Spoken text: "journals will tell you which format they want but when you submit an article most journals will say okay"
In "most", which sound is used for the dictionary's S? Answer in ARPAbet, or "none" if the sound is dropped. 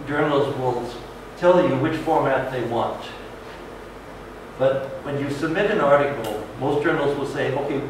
S